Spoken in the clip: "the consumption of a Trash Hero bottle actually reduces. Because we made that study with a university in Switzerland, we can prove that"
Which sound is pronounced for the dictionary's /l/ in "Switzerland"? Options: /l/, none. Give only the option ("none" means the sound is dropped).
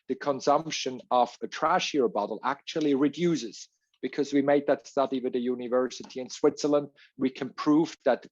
/l/